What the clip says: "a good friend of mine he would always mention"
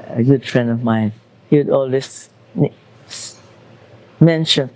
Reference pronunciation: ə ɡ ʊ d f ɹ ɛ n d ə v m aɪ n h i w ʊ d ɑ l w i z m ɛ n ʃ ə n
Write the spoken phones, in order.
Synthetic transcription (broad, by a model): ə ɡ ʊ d f ɹ ɛ n d ə v m aɪ n h i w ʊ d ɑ l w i s m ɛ n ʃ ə n